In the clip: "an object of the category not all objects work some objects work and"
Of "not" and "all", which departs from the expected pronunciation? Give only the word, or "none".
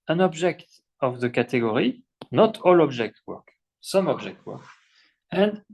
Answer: none